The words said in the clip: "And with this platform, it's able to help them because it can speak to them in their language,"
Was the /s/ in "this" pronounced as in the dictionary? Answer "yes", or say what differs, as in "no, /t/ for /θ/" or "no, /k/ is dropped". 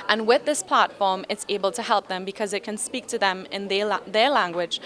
yes